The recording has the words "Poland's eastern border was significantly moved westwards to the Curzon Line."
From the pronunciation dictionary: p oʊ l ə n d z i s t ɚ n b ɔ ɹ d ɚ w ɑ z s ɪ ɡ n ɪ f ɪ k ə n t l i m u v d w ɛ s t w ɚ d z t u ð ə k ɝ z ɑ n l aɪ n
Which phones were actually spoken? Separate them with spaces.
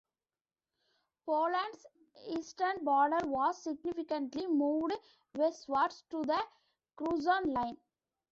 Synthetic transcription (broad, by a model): p oʊ l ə n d s i s t ɚ n b ɔ ɹ d ɚ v ɑ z s ɪ ɡ n ɪ f ɪ k ə n t l i m u v d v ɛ s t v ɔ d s t u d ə k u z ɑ n l aɪ n